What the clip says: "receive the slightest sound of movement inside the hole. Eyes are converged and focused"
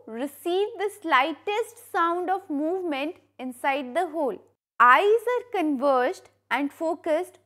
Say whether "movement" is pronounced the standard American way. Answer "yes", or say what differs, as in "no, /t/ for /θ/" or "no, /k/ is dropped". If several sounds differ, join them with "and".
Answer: yes